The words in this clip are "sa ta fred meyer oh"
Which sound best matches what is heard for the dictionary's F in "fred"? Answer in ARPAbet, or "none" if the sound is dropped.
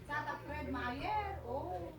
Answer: P